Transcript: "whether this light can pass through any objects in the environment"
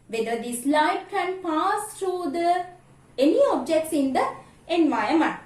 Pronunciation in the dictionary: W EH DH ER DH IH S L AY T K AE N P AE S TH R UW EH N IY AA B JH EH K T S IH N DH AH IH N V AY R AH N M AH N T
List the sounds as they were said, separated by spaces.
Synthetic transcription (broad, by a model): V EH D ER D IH S L AY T K AE N P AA S T R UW EH N IY AA B JH EH K T S IH N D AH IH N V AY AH M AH N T